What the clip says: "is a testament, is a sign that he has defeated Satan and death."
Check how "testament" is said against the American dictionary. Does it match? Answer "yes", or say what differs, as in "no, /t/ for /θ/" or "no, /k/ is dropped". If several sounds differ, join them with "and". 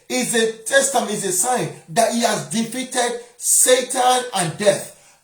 no, /m/ is dropped